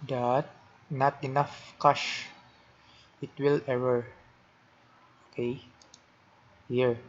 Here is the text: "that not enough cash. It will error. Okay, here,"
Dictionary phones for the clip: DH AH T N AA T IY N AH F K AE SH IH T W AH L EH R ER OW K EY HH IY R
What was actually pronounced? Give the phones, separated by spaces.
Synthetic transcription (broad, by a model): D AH T N AA T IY N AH F K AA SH IH T W AH L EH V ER OW K EY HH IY R